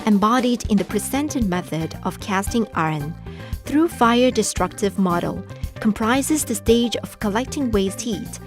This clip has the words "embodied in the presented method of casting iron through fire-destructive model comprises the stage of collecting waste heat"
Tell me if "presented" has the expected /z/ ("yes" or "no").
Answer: no